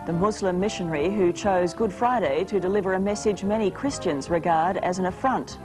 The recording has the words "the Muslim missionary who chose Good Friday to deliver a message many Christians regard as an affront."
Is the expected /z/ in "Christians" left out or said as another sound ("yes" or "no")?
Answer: no